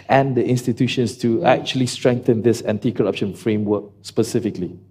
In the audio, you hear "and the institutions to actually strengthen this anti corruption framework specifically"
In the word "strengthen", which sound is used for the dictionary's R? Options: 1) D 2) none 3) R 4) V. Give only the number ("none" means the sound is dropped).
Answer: 3